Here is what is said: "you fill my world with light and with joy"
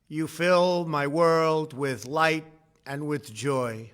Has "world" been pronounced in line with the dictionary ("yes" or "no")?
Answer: yes